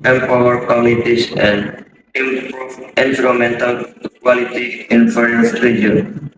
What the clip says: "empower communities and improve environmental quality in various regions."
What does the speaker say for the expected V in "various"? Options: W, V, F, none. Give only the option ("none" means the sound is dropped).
F